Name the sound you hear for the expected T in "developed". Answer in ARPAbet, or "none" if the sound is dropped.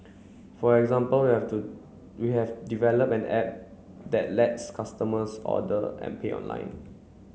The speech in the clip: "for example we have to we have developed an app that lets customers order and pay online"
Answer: none